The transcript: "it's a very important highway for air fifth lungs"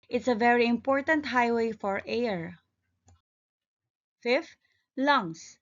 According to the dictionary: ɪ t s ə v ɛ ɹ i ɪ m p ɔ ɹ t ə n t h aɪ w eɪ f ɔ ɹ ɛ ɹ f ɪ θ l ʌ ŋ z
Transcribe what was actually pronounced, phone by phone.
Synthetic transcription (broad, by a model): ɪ t s ə v ɛ ɹ i ɪ m p ɔ ɹ t ə n t h aɪ w eɪ f ɔ ɹ ɛ ɹ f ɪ f l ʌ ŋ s